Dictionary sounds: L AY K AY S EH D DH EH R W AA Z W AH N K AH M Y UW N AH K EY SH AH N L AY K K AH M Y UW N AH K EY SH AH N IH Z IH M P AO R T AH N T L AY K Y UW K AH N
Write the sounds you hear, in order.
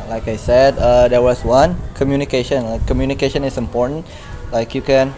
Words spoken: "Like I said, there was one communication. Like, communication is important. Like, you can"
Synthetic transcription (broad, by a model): L AY K AY S EH D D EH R W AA S W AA N K AH M Y UW N AH K EY SH AH N L AY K K AH M Y UW N AH K EY SH AH N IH S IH M P AO R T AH N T L AY K Y UW K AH N